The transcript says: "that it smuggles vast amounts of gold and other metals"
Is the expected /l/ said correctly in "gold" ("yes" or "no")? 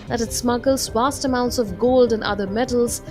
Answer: yes